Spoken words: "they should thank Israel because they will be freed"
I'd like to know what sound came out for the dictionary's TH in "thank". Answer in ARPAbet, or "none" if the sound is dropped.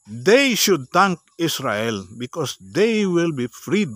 T